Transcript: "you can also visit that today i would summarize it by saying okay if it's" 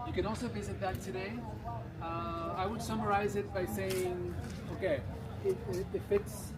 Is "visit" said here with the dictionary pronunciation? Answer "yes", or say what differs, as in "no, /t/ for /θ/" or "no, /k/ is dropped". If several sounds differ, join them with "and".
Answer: yes